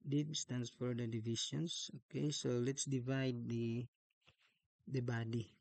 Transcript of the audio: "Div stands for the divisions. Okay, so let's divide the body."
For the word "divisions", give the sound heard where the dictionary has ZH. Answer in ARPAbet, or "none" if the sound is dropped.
SH